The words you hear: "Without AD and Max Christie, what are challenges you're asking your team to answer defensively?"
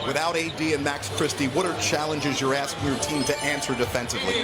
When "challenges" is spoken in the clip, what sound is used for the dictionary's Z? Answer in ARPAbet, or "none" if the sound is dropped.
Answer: Z